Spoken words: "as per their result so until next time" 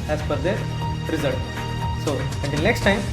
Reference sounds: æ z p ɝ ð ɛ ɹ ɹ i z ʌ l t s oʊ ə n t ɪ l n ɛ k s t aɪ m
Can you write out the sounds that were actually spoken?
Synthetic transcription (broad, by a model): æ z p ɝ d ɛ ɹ ɹ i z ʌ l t s oʊ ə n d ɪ n n ɛ k s t aɪ m